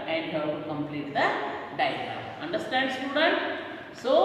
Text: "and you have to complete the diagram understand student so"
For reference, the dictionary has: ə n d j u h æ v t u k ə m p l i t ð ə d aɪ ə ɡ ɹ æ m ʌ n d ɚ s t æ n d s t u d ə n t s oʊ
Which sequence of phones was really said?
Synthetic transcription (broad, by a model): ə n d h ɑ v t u k ə m p l i t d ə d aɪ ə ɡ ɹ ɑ ʌ n d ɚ s t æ n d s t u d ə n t s oʊ